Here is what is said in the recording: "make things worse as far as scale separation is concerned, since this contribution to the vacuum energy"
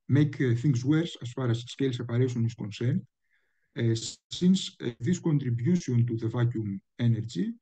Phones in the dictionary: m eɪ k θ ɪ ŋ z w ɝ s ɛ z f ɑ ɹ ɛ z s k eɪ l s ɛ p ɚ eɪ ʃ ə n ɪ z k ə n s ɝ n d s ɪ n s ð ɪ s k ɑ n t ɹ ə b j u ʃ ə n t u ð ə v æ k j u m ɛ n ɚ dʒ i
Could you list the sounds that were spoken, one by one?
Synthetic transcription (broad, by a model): m eɪ k θ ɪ ŋ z w ɝ s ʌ s f ɑ ɹ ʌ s s k eɪ l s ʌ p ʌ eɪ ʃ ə n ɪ s k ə n s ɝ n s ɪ n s ð ɪ s k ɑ n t ɹ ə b j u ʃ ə n t u ð ə v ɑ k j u m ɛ n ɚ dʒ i